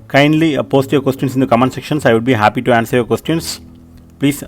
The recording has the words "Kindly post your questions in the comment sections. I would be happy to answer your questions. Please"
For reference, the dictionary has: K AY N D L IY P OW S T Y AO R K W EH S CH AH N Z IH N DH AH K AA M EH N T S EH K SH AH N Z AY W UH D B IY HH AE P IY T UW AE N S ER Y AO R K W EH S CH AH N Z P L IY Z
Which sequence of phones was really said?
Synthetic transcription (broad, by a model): K AY N D L IY P OW S T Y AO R K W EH S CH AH N S IH N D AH K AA M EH N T S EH K SH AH N S AY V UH D B IY HH AE P IY T UW AE N S ER Y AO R K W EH S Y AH N S P L IY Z